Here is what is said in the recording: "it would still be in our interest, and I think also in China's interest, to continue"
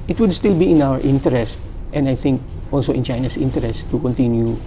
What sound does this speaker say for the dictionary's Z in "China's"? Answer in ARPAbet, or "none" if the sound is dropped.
S